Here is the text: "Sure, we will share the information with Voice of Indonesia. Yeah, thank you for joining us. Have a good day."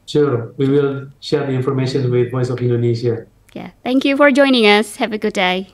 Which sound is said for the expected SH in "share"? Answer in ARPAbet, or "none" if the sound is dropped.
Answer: SH